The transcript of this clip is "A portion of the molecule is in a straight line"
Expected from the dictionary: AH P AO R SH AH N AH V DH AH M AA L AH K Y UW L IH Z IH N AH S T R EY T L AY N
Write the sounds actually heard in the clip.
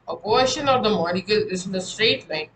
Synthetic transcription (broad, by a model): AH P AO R SH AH N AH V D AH M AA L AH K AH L IH Z IH N AH S T R EY T L AY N